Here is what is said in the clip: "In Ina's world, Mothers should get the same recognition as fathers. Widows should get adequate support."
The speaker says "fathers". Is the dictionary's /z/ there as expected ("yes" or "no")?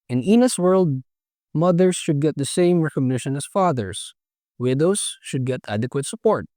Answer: no